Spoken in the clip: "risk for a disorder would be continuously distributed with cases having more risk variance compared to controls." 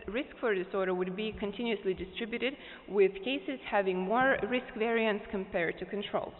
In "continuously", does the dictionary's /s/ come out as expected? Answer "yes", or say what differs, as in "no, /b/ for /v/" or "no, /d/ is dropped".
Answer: yes